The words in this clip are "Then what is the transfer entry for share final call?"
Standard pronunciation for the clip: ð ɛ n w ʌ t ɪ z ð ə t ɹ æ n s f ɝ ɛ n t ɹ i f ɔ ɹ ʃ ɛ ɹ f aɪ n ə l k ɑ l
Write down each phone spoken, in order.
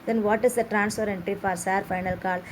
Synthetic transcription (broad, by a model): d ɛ n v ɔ t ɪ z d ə t ɹ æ n s p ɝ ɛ n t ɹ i f ɔ ɹ s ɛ ɹ f aɪ n ə l k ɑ l